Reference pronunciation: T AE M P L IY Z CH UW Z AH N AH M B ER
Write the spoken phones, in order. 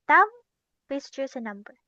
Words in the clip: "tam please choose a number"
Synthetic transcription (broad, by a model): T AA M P IY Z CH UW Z AH N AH M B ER